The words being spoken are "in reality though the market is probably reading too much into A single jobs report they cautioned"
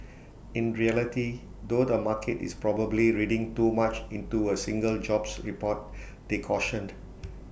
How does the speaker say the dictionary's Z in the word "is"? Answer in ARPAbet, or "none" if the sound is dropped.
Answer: S